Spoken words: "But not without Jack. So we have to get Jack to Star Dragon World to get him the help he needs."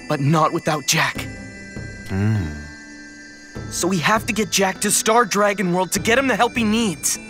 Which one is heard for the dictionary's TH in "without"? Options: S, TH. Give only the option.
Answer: TH